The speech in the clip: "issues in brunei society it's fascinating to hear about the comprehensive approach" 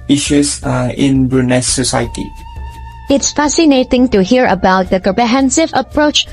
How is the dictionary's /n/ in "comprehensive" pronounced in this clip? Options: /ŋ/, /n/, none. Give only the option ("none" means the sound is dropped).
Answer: /n/